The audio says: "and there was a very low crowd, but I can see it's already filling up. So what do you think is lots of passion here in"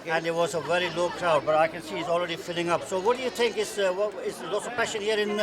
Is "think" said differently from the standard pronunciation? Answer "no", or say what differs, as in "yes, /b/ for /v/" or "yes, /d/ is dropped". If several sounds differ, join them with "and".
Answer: no